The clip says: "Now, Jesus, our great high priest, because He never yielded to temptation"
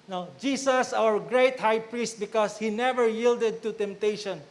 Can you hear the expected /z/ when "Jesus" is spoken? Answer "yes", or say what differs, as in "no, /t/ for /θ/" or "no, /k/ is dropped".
no, /s/ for /z/